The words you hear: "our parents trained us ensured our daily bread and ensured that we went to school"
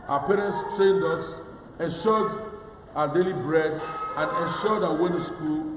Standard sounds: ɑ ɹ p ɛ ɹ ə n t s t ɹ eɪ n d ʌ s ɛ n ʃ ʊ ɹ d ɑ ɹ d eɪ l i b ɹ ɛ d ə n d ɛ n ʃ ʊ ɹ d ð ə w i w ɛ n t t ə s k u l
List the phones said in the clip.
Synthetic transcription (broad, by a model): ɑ p ɛ ɹ ə n t s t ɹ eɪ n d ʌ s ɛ n ʃ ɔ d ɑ d eɪ l i b ɹ ɛ d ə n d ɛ n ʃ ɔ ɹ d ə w w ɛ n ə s k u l